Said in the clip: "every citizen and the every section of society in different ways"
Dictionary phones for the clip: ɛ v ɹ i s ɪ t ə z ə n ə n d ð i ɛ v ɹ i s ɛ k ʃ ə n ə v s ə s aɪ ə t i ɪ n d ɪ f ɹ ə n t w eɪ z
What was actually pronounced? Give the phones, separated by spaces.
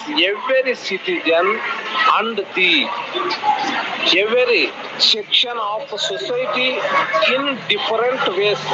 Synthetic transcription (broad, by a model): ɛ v ɹ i s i t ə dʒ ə n ə n d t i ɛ v ɹ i s ɛ k ʃ ə n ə p s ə s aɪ t i ɪ n d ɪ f ɹ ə n t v eɪ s